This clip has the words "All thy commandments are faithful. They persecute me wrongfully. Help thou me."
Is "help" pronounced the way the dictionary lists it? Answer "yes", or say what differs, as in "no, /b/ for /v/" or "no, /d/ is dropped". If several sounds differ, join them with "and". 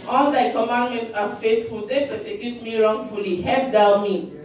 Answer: no, /l/ is dropped